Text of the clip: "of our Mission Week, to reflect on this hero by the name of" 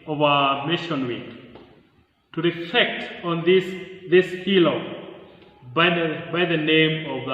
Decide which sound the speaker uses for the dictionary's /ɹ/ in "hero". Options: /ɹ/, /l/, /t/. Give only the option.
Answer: /l/